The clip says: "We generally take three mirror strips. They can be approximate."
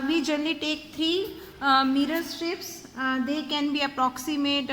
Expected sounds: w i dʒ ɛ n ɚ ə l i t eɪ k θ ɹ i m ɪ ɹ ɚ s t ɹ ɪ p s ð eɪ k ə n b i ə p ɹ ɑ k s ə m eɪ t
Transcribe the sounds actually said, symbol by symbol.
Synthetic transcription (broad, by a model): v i dʒ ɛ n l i t eɪ k t ɹ i m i ɹ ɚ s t ɪ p s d eɪ k ə n b i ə p ɹ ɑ k s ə m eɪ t